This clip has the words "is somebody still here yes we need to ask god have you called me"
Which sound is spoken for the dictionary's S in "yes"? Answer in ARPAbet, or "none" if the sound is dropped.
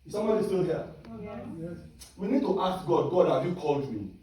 none